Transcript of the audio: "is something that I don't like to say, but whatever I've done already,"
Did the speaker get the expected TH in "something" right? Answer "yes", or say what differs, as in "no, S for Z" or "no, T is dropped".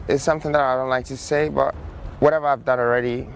yes